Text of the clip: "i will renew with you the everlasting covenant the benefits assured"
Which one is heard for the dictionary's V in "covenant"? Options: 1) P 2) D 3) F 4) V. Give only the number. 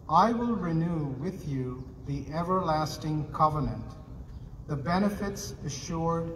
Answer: 4